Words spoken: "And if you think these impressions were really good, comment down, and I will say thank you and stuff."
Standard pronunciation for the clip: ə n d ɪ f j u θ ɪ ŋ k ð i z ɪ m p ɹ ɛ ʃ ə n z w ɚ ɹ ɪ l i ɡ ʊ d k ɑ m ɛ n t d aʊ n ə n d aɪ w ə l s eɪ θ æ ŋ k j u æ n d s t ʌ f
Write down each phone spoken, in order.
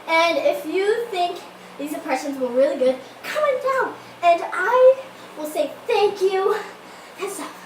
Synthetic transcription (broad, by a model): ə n ɪ f j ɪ θ ɪ ŋ k ð i z ɪ m p ɹ ɛ ʃ ə n z w ɚ ɹ ɪ l i ɡ ʊ d k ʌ m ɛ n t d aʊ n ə n aɪ w ə l s eɪ θ æ ŋ k j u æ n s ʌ